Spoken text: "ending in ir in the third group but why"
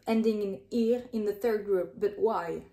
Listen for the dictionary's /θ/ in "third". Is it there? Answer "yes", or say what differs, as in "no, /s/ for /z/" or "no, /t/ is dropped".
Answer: yes